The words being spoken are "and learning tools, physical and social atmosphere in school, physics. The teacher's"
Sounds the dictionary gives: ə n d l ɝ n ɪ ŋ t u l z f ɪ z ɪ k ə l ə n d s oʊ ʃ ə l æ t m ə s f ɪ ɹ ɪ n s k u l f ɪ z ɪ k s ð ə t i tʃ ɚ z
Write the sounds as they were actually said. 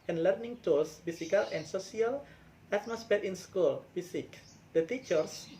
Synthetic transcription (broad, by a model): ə n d l ɝ n ɪ ŋ t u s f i s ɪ k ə l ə n s oʊ s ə l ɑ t m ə s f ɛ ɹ ɪ n s k u l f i s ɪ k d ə t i tʃ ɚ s